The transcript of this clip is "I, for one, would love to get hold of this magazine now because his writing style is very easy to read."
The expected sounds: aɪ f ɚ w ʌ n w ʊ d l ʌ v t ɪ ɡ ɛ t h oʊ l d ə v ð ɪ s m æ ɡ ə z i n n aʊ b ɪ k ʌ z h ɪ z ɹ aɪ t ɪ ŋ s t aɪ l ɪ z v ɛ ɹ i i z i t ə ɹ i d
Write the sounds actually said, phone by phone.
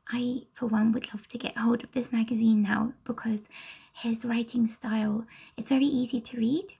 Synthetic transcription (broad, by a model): aɪ f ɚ w ʌ n w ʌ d l ʌ v t ɪ ɡ ɛ t h oʊ l d ə v ð ɪ s m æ ɡ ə z i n n aʊ b ɪ k ʌ z h ɪ z ɹ aɪ t ɪ ŋ s t aɪ l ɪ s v ɛ ɹ i i z i t ə ɹ i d